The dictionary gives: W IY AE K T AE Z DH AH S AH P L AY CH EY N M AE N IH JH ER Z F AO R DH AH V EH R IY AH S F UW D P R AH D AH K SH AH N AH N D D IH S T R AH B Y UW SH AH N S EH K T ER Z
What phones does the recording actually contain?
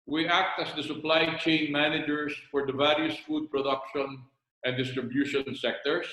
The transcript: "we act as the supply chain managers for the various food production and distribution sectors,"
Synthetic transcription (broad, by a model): W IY AE K T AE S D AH S AH P L AY CH EY N M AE N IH JH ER S F AO R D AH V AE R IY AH S F UW D P R AH D AH K SH AH N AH N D D IH S T R AH B Y UW SH AH N S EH K T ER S